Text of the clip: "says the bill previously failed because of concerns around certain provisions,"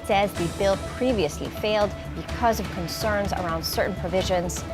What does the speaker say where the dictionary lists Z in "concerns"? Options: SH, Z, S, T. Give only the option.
Z